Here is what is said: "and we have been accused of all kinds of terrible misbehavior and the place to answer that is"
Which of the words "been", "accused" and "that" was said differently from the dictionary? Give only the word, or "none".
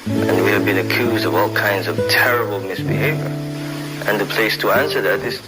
none